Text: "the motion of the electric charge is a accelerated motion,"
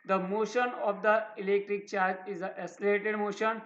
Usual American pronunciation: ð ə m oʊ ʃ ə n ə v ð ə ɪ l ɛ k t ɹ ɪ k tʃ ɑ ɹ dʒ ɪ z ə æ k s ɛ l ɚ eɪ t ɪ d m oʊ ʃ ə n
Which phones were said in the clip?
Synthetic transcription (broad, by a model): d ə m oʊ ʃ ə n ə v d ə ɪ l ɛ k t ɹ ɪ k tʃ ɑ ɹ dʒ ɪ z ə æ s l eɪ t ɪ d m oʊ ʃ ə n